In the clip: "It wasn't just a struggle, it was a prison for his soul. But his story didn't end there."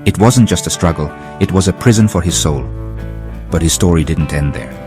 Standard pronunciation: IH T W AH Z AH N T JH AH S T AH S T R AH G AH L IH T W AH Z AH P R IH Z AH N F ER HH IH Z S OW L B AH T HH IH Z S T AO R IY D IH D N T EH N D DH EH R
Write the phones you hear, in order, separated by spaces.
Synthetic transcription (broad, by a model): IH T W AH Z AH N JH AH S T AH S T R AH G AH L IH T W AH Z AH P R IH Z AH N F ER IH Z S OW L B AH T HH IH Z S T AO R IY D IH D N T EH N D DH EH R